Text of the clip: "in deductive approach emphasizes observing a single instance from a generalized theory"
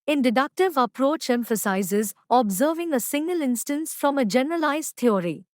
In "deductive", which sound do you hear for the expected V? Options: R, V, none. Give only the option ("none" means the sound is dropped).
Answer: V